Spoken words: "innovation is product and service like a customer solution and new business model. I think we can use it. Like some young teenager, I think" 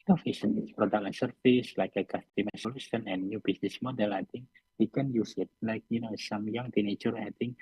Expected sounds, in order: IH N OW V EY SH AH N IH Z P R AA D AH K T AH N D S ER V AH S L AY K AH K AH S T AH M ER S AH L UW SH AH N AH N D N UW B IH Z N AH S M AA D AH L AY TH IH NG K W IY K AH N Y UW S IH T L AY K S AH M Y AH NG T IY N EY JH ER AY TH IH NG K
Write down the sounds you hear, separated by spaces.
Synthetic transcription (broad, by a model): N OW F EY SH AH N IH S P R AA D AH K AH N S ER F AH S L AY K AH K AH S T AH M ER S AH L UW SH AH N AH N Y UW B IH S N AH S M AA D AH L AY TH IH NG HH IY K AH N Y UW S IH T L AY K S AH M Y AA NG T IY N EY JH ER AY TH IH NG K